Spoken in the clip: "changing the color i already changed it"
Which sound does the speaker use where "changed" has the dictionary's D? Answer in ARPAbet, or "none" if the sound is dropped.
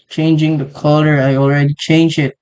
none